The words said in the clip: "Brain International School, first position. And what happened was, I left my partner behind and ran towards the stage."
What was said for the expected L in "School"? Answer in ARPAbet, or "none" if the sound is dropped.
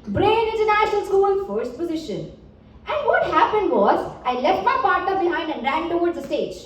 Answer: N